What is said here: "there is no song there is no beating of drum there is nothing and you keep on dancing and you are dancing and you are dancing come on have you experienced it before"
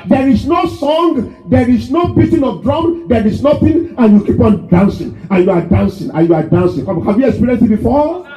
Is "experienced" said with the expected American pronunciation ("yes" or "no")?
no